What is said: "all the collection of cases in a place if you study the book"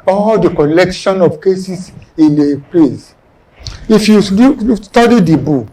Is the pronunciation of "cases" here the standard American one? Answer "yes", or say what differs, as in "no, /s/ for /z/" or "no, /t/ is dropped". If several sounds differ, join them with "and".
no, /s/ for /z/